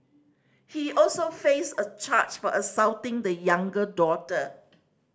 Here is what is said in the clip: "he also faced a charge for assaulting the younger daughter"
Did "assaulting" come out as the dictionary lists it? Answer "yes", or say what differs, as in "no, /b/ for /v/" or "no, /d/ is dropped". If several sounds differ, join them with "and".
no, /w/ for /l/